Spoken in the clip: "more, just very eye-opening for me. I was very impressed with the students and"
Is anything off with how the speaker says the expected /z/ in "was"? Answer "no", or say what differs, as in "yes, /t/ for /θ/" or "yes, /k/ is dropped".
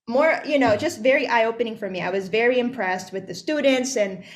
no